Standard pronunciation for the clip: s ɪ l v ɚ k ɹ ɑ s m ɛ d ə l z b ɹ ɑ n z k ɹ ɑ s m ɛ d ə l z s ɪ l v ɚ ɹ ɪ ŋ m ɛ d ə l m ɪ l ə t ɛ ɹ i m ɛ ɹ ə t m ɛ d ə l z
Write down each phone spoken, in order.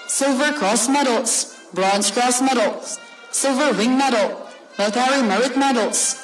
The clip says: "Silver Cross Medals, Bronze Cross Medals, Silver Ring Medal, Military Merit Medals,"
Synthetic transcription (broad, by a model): s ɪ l v ɚ k ɹ ɑ s m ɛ d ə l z b ɹ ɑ n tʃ k ɹ ɑ s m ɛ d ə l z s ɪ l v ɚ w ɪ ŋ m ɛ d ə l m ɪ ə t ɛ ɹ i m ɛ ɹ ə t m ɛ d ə l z